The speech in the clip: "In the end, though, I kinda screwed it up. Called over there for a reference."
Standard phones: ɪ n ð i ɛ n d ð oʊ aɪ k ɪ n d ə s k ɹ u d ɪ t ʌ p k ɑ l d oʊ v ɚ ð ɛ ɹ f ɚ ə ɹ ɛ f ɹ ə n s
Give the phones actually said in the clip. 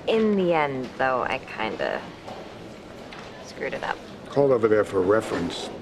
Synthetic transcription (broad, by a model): ɪ n ð i ɛ n d ð oʊ aɪ k ɪ n d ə s k ɹ u d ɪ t ʌ p k ɑ l d oʊ v ɚ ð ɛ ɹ f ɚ ə ɹ ɛ f ɹ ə n s